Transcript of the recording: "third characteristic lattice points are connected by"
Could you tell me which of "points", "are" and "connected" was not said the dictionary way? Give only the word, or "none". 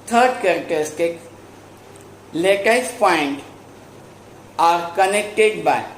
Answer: points